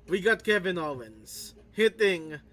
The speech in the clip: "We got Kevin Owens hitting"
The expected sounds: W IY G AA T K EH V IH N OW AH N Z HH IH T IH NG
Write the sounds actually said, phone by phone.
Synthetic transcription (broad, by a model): W IY G AA T K EH V IH N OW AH N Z HH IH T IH NG